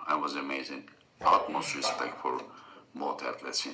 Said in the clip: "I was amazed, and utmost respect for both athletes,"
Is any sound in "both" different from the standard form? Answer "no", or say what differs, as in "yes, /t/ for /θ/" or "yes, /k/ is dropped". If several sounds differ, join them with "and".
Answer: yes, /t/ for /θ/